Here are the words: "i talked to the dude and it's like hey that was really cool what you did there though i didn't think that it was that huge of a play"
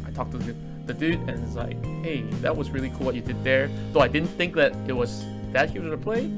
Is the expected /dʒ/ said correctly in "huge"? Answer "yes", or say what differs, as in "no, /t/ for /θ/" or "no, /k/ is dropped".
no, /z/ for /dʒ/